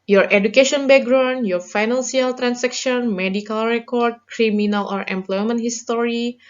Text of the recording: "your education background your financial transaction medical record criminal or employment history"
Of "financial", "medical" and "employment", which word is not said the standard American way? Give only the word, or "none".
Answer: financial